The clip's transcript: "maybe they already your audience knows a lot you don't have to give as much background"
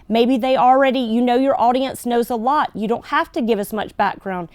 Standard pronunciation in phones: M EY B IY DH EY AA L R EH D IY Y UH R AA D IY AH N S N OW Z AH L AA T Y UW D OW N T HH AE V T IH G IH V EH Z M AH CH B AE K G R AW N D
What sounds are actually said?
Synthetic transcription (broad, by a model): M EY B IY DH EY AA L R EH D IY Y UH R AA D IY AH N S N OW Z AH L AA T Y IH D OW N T HH AE F T IH G IH V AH S M AH CH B AE K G R AW N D